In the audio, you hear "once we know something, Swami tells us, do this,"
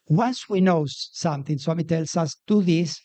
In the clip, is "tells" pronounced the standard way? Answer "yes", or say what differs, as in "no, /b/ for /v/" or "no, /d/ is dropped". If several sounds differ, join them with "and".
no, /s/ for /z/